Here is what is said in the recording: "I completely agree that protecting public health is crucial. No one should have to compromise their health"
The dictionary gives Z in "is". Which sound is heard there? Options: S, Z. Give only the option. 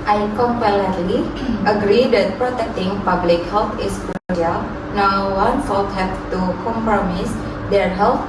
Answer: S